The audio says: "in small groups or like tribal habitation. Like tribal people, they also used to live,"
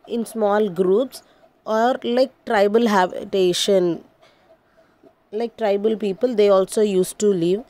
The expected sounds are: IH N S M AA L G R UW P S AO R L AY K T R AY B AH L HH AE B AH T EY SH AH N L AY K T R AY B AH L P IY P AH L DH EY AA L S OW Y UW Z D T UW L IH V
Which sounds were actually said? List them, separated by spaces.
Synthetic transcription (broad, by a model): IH N S M AA L G R UW P S AO R L AY K T R AY B AH L HH AE B AH T EY SH AH N L AY K T R AY B AH L P IY P AH L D EY AA L S OW Y UW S T UW L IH V